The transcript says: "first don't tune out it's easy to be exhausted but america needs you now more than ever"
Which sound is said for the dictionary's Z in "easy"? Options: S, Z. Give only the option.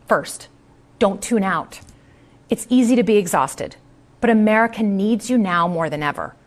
Z